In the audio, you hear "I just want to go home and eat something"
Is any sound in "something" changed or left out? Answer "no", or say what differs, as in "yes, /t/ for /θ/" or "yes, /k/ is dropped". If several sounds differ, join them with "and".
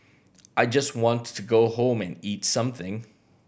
no